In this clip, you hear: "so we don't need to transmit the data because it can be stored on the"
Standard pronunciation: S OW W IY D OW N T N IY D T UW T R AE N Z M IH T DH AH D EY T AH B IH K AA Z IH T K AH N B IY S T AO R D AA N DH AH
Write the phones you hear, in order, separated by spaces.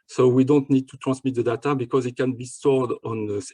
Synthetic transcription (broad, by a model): S OW W IY D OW N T N IY D T UW T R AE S M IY T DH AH D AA T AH B IH K AA Z IH T K AH N B IY S T AO R D AA N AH